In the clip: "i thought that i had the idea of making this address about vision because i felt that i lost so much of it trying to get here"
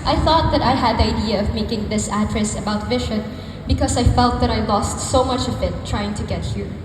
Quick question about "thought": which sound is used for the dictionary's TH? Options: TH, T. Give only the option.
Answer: TH